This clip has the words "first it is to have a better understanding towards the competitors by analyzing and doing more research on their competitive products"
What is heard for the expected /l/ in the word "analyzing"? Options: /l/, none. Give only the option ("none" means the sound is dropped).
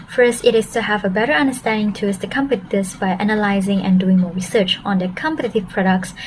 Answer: /l/